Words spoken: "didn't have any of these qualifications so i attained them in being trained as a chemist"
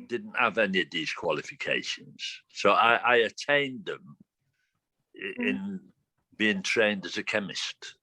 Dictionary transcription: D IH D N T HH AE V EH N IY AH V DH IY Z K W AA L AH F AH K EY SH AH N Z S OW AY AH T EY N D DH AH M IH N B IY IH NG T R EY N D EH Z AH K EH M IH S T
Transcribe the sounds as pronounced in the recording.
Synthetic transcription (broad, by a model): D IH D N T HH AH V EH N IY AH V DH IY Z K W AA L AH F AH K EY SH AH N Z S OW AY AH T EY N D DH AH M IH N B IY IH NG T R EY N D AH Z AH K EH M IH S T